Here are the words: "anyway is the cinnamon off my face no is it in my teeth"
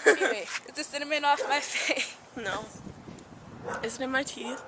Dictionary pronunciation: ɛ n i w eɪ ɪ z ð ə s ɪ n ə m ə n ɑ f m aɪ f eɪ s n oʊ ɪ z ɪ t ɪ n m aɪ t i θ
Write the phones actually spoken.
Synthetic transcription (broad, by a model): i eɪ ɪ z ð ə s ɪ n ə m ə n ɑ f m aɪ f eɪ n oʊ ɪ z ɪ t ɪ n m aɪ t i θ